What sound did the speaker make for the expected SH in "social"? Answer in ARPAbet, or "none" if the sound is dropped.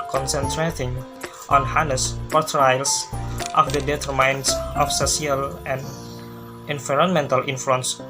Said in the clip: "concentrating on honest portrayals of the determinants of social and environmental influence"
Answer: S